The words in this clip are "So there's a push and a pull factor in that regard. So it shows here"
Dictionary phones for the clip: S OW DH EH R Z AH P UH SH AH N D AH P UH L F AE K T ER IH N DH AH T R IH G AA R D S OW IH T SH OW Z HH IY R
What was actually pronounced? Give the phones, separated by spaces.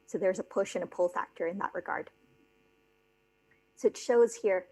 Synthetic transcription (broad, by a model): S OW DH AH R Z AH P UH SH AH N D AH P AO L F AE K T ER IH N DH AH T R IH G AA R D S OW IH T SH OW Z HH IY R